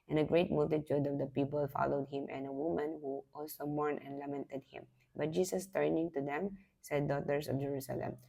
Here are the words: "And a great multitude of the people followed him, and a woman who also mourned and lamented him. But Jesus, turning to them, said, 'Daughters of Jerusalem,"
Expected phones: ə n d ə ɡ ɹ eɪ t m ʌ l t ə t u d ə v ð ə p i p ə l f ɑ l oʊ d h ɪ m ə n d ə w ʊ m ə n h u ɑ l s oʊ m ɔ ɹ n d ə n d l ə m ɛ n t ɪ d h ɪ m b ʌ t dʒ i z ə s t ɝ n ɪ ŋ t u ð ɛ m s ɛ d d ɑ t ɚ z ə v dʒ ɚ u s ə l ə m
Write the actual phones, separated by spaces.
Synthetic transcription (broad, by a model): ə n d ə ɡ ɹ eɪ t m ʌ l t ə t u d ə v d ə p i p ə l f ɑ l oʊ d h ɪ m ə n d ə w ʊ m ə n h u ɑ l s oʊ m ɔ ɹ n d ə n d l ə m ɛ n t ɪ d h ɪ m b ʌ t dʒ i s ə s t ɝ n ɪ ŋ t u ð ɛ m s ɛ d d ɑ t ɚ s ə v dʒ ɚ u s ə l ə m